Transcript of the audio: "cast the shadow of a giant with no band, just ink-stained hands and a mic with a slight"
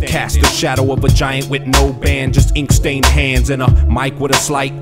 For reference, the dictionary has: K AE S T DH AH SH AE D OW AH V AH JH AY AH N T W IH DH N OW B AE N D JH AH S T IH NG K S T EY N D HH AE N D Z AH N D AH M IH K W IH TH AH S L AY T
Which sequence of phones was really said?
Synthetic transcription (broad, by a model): K AE S T DH AH SH AE D OW AH V AH JH AY AH N T W IH DH N OW B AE N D JH AH S T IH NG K S T EY N D HH AE N D Z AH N AH M IH K W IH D AH S L AY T